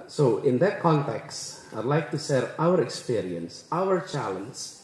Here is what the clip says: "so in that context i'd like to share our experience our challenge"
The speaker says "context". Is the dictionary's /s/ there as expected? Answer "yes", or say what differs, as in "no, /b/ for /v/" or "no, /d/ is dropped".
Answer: yes